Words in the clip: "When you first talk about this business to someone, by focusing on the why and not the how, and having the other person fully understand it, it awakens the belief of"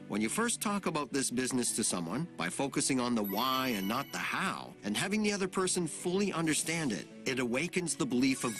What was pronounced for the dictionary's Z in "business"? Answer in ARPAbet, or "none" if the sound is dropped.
Z